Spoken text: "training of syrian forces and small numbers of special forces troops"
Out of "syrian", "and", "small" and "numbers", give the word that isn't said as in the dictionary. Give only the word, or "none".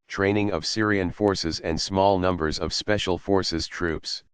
none